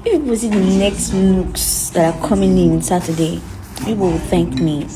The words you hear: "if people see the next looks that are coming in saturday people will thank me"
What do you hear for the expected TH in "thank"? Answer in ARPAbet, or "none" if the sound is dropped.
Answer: TH